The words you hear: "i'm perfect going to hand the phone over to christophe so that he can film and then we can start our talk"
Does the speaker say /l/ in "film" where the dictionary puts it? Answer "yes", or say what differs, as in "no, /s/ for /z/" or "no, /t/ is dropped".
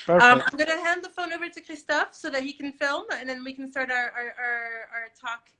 yes